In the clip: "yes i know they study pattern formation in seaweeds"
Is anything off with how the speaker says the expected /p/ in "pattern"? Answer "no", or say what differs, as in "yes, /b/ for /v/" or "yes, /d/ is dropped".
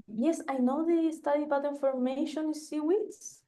yes, /b/ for /p/